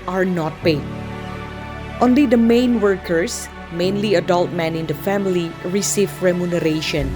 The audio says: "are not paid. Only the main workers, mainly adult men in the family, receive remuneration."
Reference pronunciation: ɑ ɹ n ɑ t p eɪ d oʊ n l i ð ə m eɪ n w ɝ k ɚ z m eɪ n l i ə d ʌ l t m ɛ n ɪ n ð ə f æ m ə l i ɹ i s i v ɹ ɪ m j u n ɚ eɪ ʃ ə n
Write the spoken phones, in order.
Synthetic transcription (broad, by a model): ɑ ɹ n ɑ t p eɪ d oʊ n l i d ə m eɪ n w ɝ k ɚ s m eɪ n l i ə d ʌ l t m ɛ n ɪ n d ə f æ m ə l i ɹ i s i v ɹ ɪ m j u n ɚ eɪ ʃ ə n